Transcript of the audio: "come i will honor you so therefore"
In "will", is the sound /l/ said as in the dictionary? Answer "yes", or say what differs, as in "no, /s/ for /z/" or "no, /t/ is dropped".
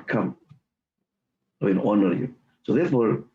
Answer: no, /n/ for /l/